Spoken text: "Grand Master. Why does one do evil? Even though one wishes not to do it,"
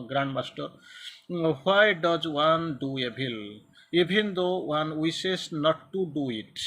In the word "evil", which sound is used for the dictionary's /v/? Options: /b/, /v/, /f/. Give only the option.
/b/